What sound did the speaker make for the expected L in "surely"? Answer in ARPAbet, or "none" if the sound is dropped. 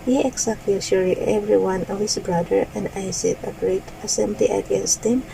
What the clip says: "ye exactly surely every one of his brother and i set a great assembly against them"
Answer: none